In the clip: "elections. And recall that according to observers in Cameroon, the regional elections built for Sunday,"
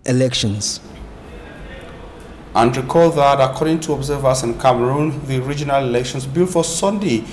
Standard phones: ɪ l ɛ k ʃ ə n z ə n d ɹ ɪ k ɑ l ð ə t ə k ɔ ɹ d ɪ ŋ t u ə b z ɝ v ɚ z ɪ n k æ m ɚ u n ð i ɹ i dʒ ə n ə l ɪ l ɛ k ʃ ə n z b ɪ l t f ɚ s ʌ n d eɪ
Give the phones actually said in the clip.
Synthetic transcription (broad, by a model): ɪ l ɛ k ʃ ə n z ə n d ɹ ɪ k ɑ l ð ə t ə k ɔ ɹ d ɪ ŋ t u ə b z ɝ v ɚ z ɪ n k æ m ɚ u n ð i ɹ i dʒ ə n ə l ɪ l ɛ k ʃ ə n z b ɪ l f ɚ s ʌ n d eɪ